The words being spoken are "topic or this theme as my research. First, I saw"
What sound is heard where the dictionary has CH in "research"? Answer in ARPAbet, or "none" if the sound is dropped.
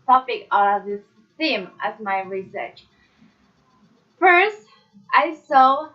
CH